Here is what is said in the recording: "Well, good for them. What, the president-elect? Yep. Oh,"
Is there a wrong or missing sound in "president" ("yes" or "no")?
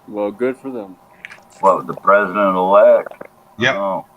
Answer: no